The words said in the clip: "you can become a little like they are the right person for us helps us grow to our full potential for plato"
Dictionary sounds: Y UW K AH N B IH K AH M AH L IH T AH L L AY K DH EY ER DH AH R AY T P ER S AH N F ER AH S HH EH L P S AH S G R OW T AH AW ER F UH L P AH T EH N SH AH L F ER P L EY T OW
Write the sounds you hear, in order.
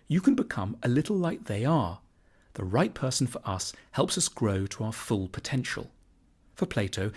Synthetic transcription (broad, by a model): Y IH K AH N B IH K AH M AH L IH T L L AY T DH EY ER DH AH R AY T P ER S N F ER AH S HH EH L P S AH S G R OW T AH AW ER F UH L P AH T EH N SH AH L F ER P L EY T OW